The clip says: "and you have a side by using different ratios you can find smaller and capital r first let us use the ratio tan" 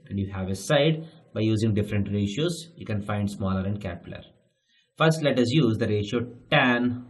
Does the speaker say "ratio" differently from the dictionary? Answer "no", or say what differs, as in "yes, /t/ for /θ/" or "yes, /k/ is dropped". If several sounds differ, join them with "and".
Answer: no